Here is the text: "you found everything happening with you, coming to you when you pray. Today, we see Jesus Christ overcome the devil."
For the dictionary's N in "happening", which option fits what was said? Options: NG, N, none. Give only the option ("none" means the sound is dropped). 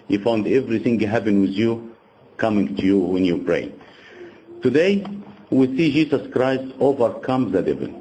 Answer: none